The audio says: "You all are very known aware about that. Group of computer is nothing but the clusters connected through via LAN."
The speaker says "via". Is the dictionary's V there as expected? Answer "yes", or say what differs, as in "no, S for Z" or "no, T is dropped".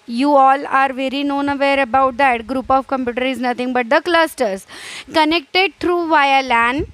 yes